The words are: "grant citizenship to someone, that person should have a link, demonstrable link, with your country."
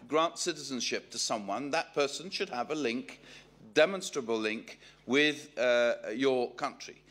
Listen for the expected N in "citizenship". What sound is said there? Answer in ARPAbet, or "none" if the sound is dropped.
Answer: N